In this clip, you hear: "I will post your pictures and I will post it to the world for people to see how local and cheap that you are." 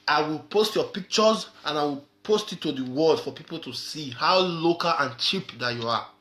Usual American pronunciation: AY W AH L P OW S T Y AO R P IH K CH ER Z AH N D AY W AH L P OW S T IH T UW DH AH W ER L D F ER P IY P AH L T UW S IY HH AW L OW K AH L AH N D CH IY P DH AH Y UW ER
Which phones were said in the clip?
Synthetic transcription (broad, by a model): AY W AH L P OW S T Y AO P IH K CH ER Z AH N AY W AH L P OW S T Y T UW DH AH W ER L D F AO P IY P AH L T UW S IY HH AW L OW K AH L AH N CH IY P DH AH Y UW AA